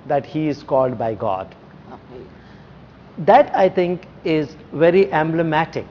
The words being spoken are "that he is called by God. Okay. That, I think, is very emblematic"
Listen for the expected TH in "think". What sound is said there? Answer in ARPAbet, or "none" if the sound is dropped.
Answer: T